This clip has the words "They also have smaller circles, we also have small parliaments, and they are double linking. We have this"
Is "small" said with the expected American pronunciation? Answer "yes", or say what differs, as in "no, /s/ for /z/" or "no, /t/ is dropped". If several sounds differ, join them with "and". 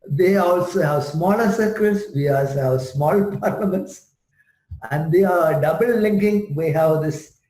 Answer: yes